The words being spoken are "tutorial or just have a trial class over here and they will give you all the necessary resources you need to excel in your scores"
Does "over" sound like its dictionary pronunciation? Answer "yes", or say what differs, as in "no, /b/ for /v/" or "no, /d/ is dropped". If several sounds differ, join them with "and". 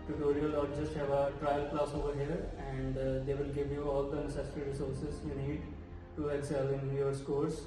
yes